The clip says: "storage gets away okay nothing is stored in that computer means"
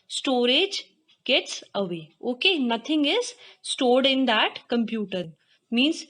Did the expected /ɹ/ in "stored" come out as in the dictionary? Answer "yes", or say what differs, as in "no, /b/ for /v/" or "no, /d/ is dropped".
yes